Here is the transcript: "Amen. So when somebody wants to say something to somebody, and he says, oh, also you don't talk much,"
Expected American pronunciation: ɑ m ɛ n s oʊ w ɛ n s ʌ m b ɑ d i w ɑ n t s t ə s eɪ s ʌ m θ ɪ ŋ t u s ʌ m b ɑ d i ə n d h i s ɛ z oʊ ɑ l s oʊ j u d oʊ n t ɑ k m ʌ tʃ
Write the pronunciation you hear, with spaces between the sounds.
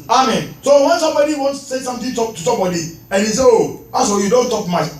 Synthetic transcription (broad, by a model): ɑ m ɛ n s oʊ w ɛ n s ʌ m b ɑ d i w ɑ n s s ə s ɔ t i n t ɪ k t u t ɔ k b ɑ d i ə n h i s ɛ oʊ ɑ s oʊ j u d oʊ n t ɑ k m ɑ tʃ